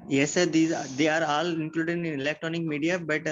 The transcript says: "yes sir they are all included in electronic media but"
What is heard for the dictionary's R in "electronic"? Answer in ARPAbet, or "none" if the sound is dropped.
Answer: R